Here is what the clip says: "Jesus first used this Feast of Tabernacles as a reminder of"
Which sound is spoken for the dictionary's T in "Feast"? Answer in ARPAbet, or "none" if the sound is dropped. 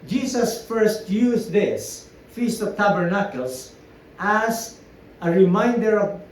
T